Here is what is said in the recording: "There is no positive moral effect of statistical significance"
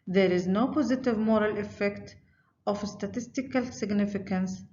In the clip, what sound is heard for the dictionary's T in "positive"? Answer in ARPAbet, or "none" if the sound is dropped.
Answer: T